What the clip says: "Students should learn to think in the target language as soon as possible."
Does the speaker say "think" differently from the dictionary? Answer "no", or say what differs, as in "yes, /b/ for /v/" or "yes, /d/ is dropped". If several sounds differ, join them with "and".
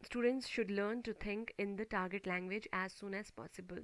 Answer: yes, /t/ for /θ/